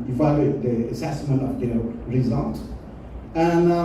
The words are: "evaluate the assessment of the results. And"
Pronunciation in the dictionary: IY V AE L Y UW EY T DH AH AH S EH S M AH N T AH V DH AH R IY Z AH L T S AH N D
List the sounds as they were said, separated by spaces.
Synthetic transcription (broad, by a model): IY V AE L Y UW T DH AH AH S EH S M AH N T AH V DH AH R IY Z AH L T AH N